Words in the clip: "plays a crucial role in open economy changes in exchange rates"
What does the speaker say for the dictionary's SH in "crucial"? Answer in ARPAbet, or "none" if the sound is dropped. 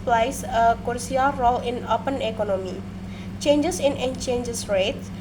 none